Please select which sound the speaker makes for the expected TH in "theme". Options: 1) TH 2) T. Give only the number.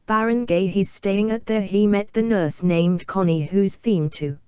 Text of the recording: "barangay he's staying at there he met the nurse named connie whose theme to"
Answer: 1